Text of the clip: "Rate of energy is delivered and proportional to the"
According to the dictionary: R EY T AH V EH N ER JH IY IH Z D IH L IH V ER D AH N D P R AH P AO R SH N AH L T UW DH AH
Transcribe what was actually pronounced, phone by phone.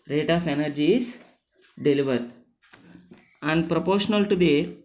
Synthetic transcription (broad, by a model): R EY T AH F EH N ER JH IY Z D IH L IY V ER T AH N D P R AH P AO R SH N AH L T UW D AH